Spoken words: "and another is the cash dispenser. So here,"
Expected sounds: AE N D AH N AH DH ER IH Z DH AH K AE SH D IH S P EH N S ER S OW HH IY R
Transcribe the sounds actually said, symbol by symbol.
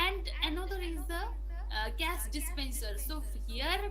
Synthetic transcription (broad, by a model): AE N D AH N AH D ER IH Z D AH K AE S D IH S P EH N S ER S OW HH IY R